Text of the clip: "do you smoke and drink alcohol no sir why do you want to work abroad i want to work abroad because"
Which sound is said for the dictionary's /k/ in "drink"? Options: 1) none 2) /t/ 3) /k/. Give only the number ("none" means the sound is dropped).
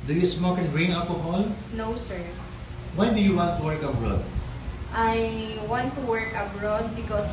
1